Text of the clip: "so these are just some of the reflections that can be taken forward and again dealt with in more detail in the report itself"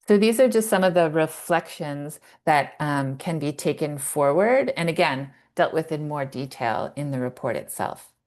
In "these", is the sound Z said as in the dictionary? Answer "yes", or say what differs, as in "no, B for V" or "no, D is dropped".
yes